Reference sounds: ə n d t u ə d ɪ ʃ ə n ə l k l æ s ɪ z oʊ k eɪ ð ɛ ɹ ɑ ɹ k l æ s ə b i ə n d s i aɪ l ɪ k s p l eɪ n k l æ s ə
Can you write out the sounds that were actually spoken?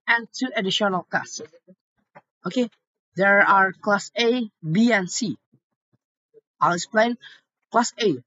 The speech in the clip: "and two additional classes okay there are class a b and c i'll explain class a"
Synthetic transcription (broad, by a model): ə n t u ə d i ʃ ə n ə l k ɑ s oʊ k eɪ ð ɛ ɹ ɑ ɹ k l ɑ s ə b i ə n s i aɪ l ɪ k s p l eɪ n k l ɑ s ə